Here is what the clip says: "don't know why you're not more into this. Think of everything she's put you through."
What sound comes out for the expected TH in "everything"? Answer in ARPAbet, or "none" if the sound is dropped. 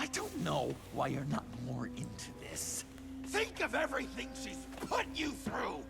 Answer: TH